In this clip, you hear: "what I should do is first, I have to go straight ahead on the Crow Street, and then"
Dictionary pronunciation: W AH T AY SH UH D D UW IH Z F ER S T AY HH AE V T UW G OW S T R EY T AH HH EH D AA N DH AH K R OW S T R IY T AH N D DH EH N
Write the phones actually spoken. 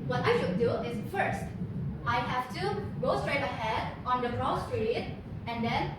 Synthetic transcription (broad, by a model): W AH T AY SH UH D D UW IH Z F ER S T AY HH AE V T UW G OW S T R EY T AH HH EH D AA N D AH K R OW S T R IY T AH N D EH N